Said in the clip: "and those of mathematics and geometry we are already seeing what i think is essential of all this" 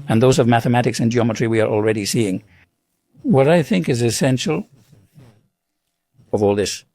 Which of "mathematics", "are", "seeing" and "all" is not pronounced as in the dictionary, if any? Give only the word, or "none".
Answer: none